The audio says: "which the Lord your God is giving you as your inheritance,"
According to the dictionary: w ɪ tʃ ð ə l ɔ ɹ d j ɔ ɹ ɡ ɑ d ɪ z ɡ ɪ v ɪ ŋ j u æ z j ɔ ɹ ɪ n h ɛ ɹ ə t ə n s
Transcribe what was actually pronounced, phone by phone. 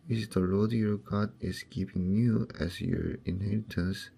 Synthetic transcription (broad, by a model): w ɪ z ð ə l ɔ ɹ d j ɔ ɹ ɡ ɑ d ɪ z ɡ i p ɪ ŋ j u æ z j ɔ ɹ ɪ n h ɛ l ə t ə n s